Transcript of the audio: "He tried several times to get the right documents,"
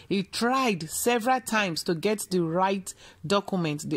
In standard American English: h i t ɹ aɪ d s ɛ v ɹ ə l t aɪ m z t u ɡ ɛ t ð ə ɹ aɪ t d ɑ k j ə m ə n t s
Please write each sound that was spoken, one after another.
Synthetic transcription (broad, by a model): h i t ɹ aɪ d s ɛ v ɹ ə l t aɪ m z t u ɡ ɛ t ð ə ɹ aɪ t d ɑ k j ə m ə n t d